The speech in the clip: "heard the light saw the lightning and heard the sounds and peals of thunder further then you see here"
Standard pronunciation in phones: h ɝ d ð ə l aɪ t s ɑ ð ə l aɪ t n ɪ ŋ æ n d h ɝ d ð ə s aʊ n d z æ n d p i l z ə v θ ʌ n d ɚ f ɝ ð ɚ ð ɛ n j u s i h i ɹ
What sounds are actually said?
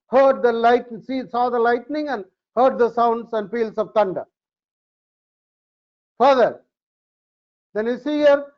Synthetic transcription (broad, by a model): h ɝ d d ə l aɪ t s ɑ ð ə l aɪ t n ɪ ŋ æ n d h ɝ d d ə s aʊ n d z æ n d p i l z ə v t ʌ n d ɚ f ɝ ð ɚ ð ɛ n j u s i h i ɹ